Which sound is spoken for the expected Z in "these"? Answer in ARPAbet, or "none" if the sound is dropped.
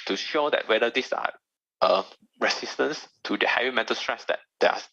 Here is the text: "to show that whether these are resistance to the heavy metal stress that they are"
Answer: S